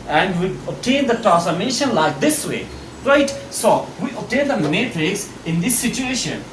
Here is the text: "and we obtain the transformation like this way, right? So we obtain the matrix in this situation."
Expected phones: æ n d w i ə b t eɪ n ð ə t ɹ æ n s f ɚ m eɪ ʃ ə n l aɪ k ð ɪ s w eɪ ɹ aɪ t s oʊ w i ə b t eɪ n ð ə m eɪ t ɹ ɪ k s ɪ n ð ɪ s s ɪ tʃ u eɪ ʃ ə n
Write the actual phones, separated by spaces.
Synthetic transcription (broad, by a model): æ n d w i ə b t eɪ n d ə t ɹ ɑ s ɚ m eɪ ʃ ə n l aɪ k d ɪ s w eɪ ɹ aɪ t s oʊ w i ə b t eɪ n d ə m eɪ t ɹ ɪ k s ɪ n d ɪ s s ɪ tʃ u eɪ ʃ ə n